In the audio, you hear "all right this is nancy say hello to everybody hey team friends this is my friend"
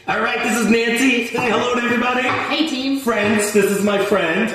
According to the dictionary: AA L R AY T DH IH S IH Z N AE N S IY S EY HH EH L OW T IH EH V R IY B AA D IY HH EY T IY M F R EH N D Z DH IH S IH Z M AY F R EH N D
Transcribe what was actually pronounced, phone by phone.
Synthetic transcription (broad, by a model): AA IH R AY T DH IH S IH Z N AE N S IY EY HH EH L OW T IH EH V R IY B AA D IY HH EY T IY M F R EH N D Z DH IH S IH Z M AY F R EH N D